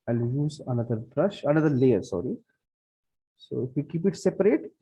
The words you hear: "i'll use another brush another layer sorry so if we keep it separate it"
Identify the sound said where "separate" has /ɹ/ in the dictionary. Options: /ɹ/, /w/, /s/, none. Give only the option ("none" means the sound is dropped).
/ɹ/